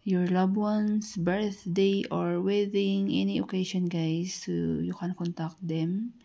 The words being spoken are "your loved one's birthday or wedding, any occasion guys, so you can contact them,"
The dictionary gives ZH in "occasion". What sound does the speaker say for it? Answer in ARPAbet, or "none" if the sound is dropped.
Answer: SH